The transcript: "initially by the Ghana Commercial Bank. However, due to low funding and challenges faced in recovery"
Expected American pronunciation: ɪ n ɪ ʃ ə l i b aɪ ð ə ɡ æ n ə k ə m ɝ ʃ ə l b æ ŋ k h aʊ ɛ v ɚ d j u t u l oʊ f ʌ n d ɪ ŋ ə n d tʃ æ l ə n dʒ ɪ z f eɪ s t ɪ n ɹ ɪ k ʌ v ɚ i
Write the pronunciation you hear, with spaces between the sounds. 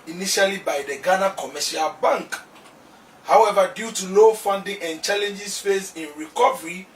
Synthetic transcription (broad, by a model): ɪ n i ʃ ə l i b aɪ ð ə ɡ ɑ n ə k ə m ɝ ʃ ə l b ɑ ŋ k h aʊ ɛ v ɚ d j u t u l oʊ f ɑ n d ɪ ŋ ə n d tʃ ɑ l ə n dʒ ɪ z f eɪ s ɪ n ɹ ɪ k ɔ v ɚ i